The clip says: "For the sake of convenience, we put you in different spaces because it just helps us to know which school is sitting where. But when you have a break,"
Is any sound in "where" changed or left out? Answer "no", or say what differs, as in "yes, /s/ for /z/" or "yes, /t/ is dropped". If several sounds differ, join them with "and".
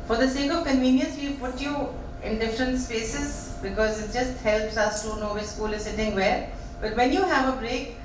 yes, /l/ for /ɹ/